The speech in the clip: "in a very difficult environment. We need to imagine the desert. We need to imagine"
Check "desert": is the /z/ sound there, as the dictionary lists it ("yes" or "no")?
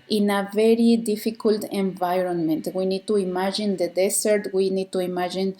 no